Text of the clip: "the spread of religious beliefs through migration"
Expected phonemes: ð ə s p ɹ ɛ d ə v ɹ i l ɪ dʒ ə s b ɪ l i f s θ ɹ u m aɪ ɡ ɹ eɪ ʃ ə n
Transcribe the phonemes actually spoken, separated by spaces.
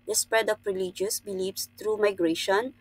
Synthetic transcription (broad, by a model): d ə s p ɹ ɛ d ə p ɹ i l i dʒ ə s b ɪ l i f s t ɹ u m aɪ ɡ ɹ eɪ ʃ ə n